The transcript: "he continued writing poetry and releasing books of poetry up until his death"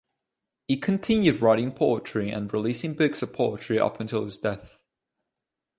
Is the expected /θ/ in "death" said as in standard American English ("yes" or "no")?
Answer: yes